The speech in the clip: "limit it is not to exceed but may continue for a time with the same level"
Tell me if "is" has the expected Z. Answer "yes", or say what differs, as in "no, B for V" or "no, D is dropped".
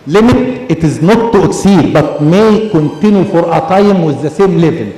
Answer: yes